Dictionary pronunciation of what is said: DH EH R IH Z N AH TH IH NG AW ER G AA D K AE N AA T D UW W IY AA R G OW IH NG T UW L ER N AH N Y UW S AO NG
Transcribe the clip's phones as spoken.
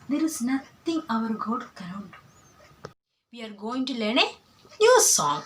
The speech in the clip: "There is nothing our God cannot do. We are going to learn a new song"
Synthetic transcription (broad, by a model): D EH R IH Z N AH T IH NG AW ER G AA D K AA AA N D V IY AA R G OW IH NG T UW L ER N AH N Y UW S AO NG